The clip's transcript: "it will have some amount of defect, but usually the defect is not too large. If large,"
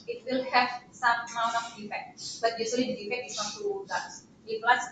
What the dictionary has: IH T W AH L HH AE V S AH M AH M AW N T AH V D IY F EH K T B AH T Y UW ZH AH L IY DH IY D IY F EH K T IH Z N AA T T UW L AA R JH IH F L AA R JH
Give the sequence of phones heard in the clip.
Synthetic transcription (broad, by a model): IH T W AH L HH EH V S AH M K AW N AH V D IY F EH K T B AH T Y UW S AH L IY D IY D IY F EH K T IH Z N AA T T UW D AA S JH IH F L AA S